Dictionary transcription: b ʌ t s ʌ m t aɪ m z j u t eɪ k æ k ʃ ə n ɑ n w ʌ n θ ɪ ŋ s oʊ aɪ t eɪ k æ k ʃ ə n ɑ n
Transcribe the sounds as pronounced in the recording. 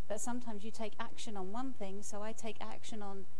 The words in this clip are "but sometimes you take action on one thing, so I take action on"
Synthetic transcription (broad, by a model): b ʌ t s ʌ m t aɪ m z j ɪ t eɪ k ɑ k ʃ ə n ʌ n w ʌ n θ ɪ ŋ s oʊ aɪ t eɪ k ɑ k ʃ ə n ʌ n